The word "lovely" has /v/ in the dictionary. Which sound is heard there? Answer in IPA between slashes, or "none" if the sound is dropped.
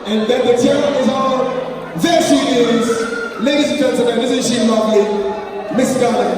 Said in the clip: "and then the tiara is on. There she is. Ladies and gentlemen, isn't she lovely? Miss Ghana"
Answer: none